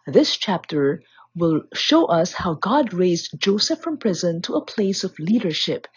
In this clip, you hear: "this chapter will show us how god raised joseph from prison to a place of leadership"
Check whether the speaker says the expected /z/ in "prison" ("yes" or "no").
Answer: yes